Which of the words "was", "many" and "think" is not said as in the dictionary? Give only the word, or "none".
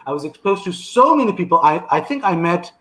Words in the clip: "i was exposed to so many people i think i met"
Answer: none